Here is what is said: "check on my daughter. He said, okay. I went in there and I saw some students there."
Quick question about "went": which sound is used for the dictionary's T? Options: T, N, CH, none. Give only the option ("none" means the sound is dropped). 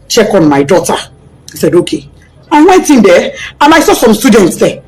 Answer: T